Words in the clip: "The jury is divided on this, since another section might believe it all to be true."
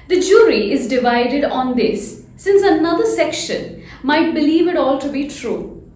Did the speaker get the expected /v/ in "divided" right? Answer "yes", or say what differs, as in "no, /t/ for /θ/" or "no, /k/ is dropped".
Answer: yes